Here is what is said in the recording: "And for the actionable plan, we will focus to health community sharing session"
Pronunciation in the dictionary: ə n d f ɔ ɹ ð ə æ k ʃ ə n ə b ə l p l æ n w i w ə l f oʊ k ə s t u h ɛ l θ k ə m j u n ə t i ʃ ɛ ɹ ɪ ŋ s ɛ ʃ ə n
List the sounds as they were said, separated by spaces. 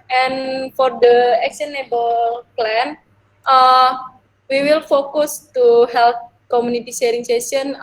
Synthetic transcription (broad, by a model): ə n f ɔ ɹ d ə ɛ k s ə n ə b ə l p l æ n w i w ə l f oʊ k ə s t u h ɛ l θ k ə m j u n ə t i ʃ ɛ ɹ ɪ ŋ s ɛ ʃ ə n